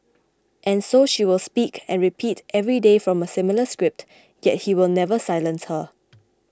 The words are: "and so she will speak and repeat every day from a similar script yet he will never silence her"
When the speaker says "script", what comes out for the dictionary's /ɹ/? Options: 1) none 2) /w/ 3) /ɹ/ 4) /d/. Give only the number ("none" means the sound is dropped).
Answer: 3